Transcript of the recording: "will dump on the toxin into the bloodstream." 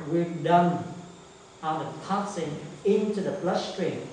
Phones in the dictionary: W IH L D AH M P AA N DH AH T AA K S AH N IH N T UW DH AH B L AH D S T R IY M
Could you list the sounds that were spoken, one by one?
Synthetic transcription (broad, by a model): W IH D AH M AA N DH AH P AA S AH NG IH N T UW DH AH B L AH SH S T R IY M